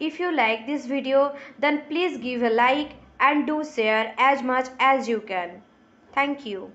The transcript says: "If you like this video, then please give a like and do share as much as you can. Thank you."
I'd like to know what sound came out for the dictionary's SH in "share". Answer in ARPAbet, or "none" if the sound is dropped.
S